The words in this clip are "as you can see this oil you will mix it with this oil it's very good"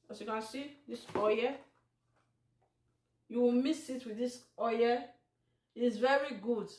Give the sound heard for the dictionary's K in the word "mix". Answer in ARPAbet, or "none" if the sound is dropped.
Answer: none